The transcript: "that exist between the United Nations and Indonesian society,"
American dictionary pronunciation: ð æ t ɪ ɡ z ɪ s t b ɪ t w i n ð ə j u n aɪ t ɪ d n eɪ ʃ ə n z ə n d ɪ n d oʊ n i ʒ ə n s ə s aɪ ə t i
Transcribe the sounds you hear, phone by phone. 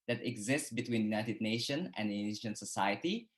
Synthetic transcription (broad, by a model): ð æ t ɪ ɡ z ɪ s t b ɪ t w i n j u n aɪ t ɪ d n eɪ ʃ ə n ə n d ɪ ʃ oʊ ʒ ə n s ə s aɪ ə t i